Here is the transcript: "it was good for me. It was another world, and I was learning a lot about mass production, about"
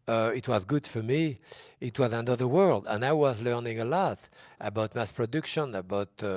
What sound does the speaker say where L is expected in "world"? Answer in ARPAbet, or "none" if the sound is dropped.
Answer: L